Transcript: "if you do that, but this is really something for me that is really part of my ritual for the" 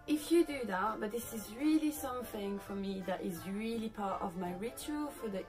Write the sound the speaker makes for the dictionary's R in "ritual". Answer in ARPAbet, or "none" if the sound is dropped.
R